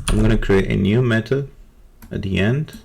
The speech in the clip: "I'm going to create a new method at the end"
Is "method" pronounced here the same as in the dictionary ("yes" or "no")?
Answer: no